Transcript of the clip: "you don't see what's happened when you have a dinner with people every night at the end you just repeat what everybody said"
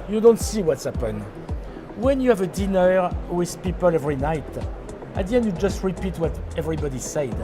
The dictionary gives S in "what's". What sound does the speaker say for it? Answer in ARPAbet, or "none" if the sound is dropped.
S